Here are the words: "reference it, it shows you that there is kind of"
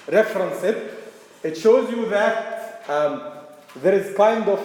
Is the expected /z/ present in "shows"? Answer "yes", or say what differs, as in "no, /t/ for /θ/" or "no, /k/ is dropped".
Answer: yes